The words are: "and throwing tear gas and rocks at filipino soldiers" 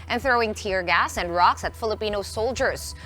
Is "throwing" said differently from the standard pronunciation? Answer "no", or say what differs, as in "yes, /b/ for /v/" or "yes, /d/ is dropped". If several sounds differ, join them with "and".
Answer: no